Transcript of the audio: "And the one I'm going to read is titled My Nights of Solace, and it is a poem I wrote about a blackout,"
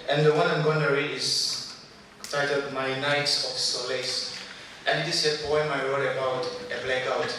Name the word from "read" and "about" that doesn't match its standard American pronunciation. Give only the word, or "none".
read